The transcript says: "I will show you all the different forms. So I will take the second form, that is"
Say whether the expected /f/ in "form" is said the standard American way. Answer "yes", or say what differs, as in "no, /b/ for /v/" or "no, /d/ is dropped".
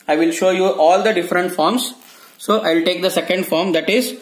yes